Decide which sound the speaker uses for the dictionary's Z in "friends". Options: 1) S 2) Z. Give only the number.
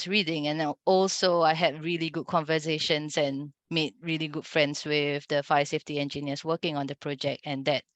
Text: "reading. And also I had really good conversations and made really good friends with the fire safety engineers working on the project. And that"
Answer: 1